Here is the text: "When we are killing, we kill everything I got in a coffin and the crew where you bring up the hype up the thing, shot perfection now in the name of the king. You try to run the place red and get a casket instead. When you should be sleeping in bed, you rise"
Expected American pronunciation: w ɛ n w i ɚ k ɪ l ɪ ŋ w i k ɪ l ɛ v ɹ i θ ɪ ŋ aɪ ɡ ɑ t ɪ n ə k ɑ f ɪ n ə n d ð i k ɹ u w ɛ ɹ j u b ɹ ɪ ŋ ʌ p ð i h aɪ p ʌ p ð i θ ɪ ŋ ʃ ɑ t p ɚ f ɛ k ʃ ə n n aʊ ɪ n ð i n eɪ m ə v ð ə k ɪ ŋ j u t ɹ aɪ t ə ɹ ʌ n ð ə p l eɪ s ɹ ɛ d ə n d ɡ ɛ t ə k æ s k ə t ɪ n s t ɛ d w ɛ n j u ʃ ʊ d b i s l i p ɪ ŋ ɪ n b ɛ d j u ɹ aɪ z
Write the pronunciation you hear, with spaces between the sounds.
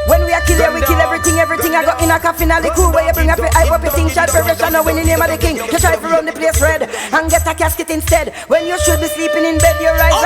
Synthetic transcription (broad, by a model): w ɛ n w i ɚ k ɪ l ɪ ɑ w i k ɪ l ɛ v ɹ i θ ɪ ŋ aɪ ɡ ɑ t ɪ n ə k ɑ f ɪ n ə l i k u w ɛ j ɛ b ɹ ɪ ŋ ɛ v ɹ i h aɪ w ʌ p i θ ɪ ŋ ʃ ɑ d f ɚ ɛ ʃ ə n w ɪ n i n eɪ m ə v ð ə k ɪ ŋ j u t ɹ aɪ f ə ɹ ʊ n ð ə p l eɪ s ɹ ɛ d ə n ɡ ɛ t ə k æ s k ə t ɪ n s t ɛ d w ɛ n j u ʃ ʊ d b i s l i p ɪ ŋ ɪ n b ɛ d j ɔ ɹ aɪ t